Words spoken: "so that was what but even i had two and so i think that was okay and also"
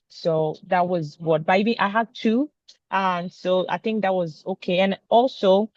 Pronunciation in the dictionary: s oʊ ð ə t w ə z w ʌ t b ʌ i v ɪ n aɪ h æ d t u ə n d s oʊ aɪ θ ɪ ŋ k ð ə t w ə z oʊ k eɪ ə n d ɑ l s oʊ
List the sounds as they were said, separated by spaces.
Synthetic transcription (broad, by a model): s oʊ ð ə t w ə z w ʌ t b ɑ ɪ b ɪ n aɪ h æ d t u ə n s oʊ aɪ θ ɪ ŋ k ð ə t w ə z oʊ k eɪ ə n ɑ l s oʊ